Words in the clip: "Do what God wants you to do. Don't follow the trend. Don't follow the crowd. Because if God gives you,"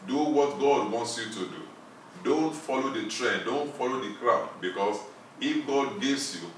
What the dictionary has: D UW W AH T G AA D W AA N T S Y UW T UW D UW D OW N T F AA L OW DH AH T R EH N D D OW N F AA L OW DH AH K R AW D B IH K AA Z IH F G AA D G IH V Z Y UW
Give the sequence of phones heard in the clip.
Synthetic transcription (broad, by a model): D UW W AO T G AA D W AA N T S Y UW T UW D UW D OW N T F AA L OW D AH T R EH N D D OW N F AA L OW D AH K R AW B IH K AA S IH F G AA D G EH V S Y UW